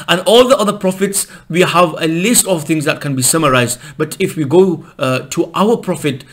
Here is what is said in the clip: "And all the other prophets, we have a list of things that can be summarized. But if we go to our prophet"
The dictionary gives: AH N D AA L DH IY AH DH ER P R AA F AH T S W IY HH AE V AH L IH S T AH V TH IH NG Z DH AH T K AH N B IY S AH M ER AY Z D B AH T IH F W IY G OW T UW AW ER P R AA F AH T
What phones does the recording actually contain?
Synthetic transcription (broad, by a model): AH N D AA L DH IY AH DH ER P R AA F AH T S W IY HH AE V AH L IH S T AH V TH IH NG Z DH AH T K AH N B IY S AH M ER AY Z D B AH T IH F W IY G OW T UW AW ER P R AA F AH T